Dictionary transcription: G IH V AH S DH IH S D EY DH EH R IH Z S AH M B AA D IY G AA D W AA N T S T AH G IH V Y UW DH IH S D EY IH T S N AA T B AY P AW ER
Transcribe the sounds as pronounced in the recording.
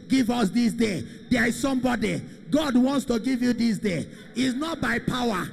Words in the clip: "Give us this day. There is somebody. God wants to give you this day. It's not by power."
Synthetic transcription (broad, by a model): G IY V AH S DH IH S D EY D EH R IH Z S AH M B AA D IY G AA D W AA N T S T AH G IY V Y UW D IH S D EY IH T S N AA T B AY P AW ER